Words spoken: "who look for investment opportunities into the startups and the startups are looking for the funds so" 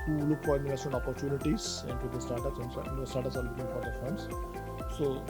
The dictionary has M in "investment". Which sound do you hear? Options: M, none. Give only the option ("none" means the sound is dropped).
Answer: none